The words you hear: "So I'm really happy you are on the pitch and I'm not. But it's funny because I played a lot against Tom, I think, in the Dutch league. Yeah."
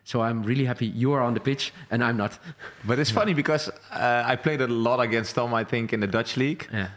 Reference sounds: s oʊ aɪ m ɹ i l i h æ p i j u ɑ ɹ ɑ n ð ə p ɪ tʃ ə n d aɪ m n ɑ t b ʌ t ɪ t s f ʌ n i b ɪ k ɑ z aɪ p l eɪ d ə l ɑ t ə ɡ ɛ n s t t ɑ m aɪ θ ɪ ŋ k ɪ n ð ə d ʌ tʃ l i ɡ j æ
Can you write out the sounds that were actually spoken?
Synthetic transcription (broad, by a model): s oʊ aɪ m ɹ i l i h æ p i j u ɑ ɹ ɑ n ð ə p ɪ tʃ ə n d aɪ m n ɑ t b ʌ t ɪ t s f ʌ n i b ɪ k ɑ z aɪ p l eɪ d ə l ɑ t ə ɡ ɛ n s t t ɑ m aɪ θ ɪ ŋ k ɪ n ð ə d ʌ tʃ l i ɡ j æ